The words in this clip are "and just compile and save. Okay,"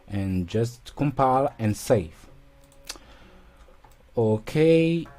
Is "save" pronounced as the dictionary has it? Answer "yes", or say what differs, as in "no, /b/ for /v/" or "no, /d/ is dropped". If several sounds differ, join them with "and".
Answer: no, /f/ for /v/